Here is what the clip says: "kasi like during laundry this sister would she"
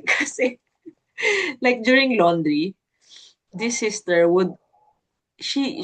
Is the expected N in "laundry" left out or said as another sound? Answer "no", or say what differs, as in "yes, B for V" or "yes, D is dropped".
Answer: no